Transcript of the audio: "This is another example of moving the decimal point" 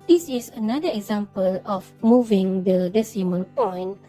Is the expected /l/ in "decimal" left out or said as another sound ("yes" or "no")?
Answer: yes